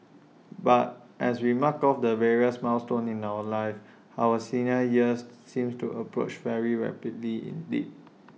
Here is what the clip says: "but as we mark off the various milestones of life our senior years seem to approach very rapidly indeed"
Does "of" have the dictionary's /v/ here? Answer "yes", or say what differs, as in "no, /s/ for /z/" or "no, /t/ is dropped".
no, /w/ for /v/